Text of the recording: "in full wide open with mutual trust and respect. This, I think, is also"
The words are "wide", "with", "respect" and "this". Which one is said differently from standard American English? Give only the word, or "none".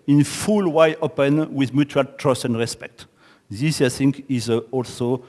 wide